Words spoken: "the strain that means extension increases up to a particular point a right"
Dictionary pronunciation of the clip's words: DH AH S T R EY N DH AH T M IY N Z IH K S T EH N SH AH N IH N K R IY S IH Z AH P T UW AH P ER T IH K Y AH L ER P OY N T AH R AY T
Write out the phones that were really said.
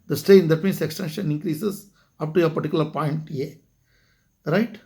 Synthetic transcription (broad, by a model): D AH S T EY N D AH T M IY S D IH K S T EH N SH AH N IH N K R IY S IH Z AH P T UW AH P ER T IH K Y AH L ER P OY N T AH R AY T